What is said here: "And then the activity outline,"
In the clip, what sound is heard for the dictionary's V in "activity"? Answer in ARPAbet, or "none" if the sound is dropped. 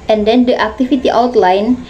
F